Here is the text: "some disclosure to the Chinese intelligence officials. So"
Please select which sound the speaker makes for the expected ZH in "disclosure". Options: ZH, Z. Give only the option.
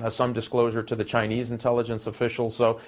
ZH